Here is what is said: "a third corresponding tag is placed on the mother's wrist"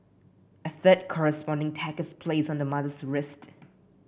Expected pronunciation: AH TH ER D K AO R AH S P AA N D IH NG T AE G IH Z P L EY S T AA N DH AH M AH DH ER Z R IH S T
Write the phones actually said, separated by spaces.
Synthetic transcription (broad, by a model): AH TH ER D K AO R AH S P AA N D IH NG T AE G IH S P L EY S AA N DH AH M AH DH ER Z R IH S T